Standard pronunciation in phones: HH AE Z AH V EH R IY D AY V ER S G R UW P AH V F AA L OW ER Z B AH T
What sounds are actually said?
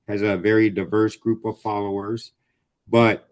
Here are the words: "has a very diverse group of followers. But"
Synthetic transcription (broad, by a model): HH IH Z AH V EH R IY D AY V ER S G R UW P AH V F AA L OW ER Z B AH T